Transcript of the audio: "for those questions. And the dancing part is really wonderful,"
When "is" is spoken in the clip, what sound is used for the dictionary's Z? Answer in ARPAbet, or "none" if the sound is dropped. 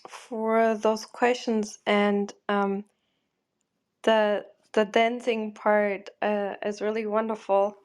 Z